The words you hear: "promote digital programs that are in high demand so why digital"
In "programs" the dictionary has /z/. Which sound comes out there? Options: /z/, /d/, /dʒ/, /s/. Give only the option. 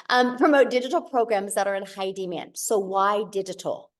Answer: /z/